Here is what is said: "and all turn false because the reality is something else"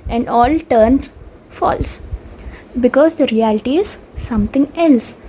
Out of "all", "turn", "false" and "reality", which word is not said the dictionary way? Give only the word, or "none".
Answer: none